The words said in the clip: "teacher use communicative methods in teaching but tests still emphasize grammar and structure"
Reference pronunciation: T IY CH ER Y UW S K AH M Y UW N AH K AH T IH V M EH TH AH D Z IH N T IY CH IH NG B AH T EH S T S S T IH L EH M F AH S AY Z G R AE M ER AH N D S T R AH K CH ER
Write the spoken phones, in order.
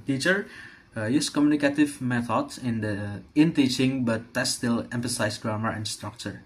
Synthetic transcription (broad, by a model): T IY CH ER Y UW S K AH M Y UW N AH K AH T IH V M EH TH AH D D IH N T IY CH IH NG B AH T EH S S S T IH L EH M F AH S AY S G R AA M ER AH N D S T R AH K CH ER